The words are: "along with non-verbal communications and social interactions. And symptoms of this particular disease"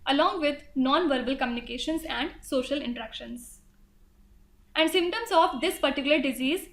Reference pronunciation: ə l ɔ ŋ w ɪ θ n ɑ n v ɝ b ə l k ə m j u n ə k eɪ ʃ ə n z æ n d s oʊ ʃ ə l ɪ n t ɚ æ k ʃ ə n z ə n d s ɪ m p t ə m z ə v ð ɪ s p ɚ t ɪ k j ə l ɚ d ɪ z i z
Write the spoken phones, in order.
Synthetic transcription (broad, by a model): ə l ɔ ŋ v ɪ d n ɑ n v ɝ b ə l k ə m j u n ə k eɪ ʃ ə n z æ n d s oʊ ʃ ə l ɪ n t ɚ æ k ʃ ə n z ə n d s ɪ m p t ə m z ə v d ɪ s p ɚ t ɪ k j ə l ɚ d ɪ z i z